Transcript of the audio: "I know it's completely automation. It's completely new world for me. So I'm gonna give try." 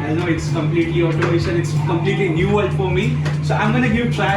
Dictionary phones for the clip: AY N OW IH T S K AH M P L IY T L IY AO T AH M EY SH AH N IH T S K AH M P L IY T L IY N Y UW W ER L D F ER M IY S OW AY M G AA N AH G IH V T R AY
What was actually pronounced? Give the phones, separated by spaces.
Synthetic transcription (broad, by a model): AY N OW IH T S K AH M P L IY T L IY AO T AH IH S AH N IH T S K AH M P L IY T L IY N Y UW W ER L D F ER M IY S OW AY M G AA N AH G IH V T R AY